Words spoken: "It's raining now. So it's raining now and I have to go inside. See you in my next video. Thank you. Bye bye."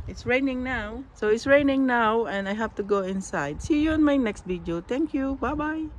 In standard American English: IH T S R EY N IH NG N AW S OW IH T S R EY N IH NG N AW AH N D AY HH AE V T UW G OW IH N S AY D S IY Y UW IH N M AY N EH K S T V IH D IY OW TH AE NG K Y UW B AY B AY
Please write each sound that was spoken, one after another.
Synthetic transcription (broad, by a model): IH T S R EY N IH NG N AW S OW IH T S R EY N IH NG N AW AH N D AY HH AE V T UW G OW IH N S AY D S IY Y UW IH N M AY N EH K S T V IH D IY OW T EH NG K Y UW B AY B AY